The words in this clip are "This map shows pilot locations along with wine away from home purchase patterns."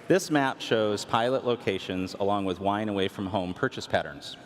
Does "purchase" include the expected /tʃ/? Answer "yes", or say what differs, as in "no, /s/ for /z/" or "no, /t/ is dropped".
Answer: yes